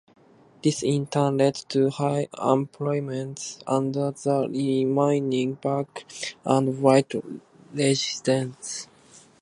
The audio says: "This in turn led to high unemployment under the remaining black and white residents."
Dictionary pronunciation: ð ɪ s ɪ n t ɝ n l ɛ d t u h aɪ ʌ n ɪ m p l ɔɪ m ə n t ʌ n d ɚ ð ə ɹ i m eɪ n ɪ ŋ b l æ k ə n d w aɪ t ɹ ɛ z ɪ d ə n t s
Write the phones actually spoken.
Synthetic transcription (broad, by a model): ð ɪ s ɪ n t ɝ n l ɛ d t u h aɪ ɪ m p l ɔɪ m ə n t ʌ n d ɚ ð ə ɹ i m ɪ n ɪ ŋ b ɑ k ə n d w aɪ t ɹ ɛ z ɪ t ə n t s